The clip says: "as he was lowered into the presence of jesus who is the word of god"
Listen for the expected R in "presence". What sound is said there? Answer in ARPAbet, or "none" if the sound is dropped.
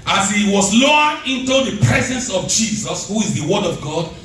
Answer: R